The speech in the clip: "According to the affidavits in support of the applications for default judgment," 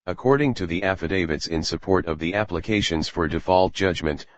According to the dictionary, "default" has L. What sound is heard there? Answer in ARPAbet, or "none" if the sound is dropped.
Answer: L